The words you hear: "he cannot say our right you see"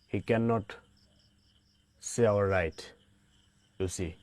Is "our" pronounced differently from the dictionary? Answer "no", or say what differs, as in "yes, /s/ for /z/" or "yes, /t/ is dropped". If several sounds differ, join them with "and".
yes, /l/ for /ɹ/